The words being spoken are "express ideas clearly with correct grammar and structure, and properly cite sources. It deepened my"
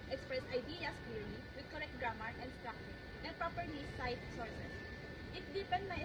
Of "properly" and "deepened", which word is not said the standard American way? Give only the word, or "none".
properly